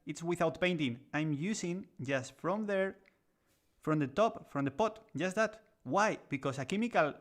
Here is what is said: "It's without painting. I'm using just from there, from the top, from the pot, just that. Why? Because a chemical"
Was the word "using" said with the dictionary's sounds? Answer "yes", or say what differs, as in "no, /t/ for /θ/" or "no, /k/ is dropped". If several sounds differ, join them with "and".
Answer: no, /s/ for /z/